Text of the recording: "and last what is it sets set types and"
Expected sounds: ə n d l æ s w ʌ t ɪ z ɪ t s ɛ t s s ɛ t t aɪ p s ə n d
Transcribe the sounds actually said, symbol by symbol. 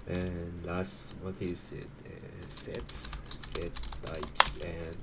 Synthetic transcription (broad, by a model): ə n l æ s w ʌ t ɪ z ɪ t s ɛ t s s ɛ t t aɪ p s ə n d